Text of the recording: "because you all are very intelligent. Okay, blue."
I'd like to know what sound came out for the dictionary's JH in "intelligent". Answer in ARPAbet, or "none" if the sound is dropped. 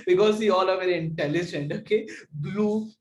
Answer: JH